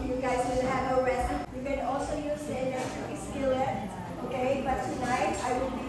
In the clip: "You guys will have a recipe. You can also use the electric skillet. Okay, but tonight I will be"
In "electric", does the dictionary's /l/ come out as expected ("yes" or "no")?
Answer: no